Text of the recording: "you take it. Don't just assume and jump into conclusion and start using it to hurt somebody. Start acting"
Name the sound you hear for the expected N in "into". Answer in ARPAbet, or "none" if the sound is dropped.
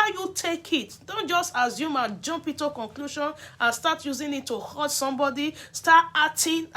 none